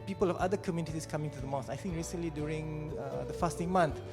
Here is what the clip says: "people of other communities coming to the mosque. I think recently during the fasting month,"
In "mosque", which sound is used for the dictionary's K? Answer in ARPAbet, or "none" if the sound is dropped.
none